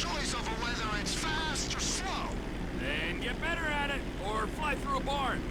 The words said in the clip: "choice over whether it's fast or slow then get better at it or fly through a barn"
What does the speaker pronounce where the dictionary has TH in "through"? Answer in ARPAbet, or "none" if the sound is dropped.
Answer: TH